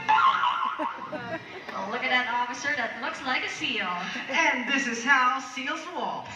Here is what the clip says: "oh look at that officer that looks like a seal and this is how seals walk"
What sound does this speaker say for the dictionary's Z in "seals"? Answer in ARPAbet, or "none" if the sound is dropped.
Z